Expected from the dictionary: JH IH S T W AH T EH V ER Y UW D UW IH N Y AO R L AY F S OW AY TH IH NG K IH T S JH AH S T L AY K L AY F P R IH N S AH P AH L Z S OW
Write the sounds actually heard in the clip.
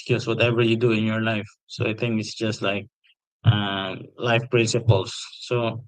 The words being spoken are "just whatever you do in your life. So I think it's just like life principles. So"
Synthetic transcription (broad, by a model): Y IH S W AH T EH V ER Y UW D UW IH N Y AO R L AY F S OW AY T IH NG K IH T S JH AH S T L AY K L AY F P R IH N S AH P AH L S OW